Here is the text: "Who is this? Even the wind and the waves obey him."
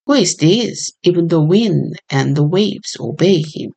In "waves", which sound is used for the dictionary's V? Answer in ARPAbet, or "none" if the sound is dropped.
V